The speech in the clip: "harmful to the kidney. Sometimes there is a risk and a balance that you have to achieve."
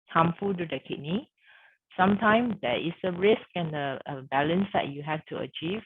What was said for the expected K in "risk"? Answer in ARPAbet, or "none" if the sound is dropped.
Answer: K